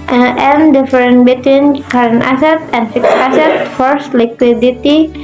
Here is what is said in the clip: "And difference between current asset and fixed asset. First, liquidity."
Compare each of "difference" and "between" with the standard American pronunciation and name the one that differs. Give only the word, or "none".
difference